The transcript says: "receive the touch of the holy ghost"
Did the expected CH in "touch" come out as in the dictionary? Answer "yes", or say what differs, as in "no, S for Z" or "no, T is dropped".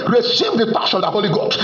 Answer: no, SH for CH